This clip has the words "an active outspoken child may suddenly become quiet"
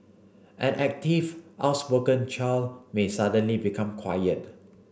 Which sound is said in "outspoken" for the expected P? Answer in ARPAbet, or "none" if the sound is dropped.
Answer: B